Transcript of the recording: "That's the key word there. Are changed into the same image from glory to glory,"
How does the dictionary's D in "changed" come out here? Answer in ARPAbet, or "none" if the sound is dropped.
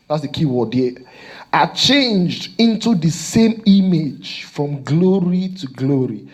D